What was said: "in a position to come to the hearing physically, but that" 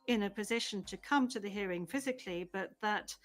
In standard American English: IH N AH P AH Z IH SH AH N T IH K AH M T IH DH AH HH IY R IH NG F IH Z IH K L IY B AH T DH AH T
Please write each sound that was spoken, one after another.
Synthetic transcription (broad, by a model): IH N AH P AH Z IH SH AH N T IH K AH M T IH DH AH HH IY R IH NG F IH Z IH K L IY B AH T DH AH T